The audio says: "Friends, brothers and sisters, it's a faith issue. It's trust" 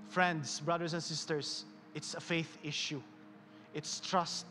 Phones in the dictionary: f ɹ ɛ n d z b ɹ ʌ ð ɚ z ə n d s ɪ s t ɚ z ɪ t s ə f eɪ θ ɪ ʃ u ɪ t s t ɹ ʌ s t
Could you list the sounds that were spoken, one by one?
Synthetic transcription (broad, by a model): f ɹ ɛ n d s b ɹ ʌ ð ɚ s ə n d s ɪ s t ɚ s ɪ t s ə f eɪ θ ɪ ʃ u ɪ t s t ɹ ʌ s t